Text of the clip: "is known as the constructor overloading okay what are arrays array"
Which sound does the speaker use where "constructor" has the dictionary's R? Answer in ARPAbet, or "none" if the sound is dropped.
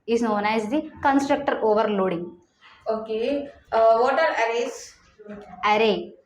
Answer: R